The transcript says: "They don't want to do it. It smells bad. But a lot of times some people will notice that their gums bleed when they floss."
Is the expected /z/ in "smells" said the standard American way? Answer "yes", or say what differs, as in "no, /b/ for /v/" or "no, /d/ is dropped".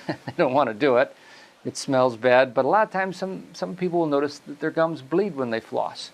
yes